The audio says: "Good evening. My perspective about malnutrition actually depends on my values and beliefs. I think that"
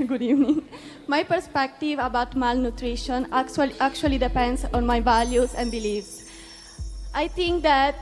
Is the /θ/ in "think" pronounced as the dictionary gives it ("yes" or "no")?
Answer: no